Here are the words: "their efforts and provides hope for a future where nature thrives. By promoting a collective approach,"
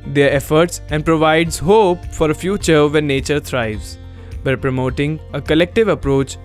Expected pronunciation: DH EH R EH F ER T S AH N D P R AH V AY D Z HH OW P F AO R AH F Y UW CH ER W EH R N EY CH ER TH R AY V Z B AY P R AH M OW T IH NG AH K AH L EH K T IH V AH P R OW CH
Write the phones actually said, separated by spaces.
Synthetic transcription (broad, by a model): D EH R EH F ER T S AH N D P R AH V AY D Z HH OW P F AO R AH F Y UW CH ER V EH N EY CH ER T R AY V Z B AY P R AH M OW T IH NG AH K AH L EH K T IH V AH P R OW CH